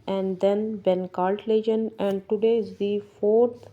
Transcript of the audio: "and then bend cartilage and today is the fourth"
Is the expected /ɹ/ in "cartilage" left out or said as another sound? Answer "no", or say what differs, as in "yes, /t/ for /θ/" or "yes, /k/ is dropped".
yes, /l/ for /ɹ/